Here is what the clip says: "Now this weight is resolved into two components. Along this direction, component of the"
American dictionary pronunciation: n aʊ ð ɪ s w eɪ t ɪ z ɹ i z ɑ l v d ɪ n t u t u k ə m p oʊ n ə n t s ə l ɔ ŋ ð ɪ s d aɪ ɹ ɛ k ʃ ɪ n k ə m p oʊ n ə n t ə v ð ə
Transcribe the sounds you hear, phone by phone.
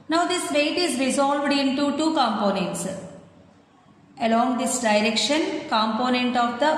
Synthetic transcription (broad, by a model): n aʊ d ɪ s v eɪ t ɪ z ɹ i z ɑ l v d ɪ n t u t u k ə m p oʊ n ə n t s ə l ɔ ŋ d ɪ s d aɪ ɹ ɛ k ʃ ɪ n k ə m p oʊ n ə n t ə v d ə